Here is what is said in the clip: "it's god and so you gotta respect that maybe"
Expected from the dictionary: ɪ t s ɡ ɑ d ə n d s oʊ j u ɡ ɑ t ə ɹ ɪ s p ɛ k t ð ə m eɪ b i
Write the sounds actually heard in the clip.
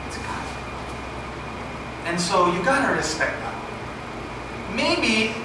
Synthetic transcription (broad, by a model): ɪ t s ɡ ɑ ə n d s oʊ j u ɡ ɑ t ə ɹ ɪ s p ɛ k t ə m eɪ b i